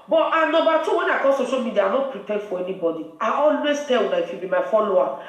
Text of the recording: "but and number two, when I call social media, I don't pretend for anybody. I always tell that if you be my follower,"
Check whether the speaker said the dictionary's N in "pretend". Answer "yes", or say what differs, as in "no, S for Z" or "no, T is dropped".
no, N is dropped